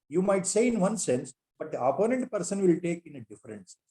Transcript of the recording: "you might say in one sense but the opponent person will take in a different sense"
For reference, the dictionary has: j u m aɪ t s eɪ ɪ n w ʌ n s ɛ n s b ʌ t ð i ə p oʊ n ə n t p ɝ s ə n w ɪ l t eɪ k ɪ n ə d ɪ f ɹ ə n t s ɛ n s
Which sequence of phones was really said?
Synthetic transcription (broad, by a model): j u m aɪ t s eɪ ɪ n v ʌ n s ɛ n s b ʌ t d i ə p oʊ n ə n t p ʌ s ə n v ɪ l t eɪ k ɪ n ə d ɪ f ə t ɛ n s